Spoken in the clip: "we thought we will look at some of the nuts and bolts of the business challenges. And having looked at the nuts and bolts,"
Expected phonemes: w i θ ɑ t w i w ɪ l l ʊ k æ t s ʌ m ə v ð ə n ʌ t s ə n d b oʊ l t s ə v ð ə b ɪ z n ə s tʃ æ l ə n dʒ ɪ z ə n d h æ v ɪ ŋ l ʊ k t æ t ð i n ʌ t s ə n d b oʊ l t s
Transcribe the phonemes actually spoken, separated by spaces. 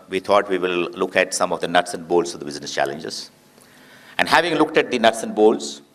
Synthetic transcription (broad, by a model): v i t ɑ t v i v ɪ l l ʊ k æ t s ʌ m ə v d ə n ʌ t s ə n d b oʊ l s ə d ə b ɪ z n ə s tʃ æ l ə n dʒ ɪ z ə n d h æ v ɪ ŋ l ʊ k t æ t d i n ʌ t s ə n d b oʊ l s